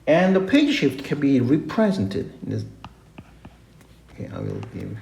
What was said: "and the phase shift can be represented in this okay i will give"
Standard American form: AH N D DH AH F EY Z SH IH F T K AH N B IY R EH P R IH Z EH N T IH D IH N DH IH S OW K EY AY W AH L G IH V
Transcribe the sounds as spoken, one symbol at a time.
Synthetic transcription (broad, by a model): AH N DH AH P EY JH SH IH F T K AH N B IY R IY P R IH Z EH N T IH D IH N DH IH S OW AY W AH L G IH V